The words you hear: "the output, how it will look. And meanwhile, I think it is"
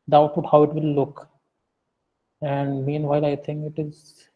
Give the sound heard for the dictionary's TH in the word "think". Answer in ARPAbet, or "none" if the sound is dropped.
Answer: T